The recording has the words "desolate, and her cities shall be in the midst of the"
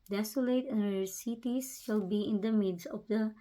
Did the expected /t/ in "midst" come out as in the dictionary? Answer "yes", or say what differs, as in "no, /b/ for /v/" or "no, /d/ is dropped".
no, /t/ is dropped